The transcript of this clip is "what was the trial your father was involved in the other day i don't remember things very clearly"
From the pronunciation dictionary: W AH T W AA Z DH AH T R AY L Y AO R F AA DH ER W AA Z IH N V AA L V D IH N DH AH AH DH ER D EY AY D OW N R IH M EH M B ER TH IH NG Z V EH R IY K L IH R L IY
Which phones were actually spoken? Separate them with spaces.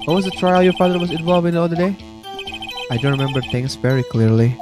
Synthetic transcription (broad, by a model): W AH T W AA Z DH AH T R AY L Y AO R F AA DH ER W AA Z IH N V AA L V IH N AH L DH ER D EY AY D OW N R IH M EH M B ER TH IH NG S V EH R IY K L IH R L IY